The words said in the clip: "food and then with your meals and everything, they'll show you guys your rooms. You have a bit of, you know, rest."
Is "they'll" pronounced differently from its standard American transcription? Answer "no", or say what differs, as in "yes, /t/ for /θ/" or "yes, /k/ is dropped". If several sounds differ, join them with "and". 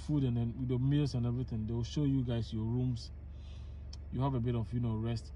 yes, /w/ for /l/